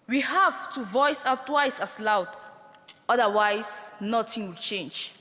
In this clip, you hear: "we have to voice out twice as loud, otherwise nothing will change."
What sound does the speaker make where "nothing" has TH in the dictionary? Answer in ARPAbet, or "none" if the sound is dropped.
T